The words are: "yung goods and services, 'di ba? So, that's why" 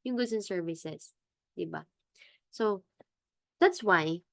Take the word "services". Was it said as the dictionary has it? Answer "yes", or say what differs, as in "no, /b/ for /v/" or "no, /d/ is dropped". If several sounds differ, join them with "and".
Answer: no, /s/ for /z/